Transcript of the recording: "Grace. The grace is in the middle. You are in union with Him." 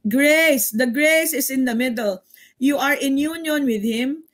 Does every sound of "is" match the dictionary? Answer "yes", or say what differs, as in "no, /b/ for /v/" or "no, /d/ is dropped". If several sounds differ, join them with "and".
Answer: no, /s/ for /z/